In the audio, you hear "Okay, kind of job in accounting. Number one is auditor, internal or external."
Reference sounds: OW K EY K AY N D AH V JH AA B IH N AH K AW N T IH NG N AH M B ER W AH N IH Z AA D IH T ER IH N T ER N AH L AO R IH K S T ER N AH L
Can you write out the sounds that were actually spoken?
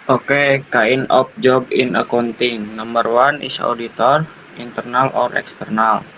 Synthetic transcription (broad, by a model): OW K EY K AY N AH P JH AA B IH N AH K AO N T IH NG N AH M B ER W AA N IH S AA D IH T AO IH N T ER N AH L AO R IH K S T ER N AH L